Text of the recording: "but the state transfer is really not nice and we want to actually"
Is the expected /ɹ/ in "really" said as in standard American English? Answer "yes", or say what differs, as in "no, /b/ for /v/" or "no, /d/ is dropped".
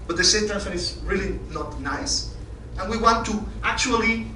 yes